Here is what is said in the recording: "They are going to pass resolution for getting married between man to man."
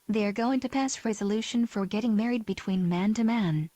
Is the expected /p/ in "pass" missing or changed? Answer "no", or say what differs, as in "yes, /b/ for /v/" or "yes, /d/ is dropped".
no